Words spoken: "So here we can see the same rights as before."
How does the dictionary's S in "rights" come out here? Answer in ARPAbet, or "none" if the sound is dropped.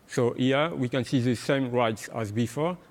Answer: S